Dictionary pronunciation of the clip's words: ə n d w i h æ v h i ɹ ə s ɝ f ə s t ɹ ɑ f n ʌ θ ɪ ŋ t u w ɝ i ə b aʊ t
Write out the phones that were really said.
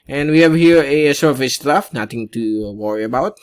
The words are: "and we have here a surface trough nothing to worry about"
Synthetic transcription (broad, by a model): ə n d w i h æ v h i ɹ ə s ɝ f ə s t ɑ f n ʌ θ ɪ ŋ t u w ɝ i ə b aʊ t